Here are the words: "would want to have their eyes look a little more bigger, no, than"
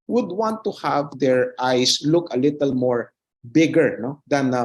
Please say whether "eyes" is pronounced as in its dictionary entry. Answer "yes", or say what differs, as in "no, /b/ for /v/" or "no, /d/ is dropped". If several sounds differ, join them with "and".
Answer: no, /s/ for /z/